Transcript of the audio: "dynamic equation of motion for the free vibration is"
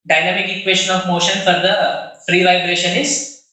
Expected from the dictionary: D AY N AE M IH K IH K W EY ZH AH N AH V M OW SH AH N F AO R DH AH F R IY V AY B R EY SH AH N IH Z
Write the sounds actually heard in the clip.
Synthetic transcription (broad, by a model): D AY N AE M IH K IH K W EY SH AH N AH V M OW SH AH N F AO R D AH F R IY V AY B R EY SH AH N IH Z